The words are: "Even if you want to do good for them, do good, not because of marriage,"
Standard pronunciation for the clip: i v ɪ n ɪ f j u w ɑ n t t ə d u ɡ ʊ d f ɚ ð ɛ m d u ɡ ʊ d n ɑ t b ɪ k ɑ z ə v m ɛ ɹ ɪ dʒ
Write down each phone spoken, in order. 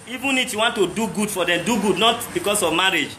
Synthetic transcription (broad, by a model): i v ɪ n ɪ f j u w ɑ n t t ə d u ɡ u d f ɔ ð ɛ m d u ɡ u d n ɑ t b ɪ k ɑ s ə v m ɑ ɹ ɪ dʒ